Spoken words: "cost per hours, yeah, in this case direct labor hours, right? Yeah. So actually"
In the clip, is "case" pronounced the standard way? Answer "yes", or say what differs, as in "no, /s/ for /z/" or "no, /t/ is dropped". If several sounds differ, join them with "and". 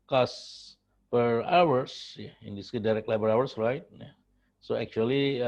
no, /s/ is dropped